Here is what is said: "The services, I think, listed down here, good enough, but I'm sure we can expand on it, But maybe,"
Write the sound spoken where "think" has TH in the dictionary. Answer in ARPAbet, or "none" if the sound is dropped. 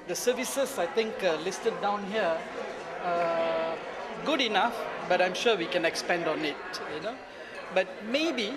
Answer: T